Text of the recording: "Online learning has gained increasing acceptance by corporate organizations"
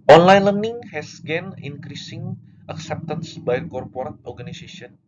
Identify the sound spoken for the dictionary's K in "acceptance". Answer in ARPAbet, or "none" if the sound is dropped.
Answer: K